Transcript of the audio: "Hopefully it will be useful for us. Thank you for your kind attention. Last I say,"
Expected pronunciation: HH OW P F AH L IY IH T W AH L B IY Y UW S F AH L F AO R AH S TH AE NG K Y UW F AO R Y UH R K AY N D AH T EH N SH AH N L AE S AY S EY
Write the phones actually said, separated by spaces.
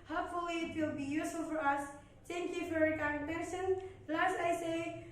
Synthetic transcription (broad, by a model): HH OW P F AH L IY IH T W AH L B IY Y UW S AH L F AO R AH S T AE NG K Y UW F AO R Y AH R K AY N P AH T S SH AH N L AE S AY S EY